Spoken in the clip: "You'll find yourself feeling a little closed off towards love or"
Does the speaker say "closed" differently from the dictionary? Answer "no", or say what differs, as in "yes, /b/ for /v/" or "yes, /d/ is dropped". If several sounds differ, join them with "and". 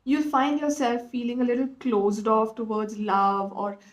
no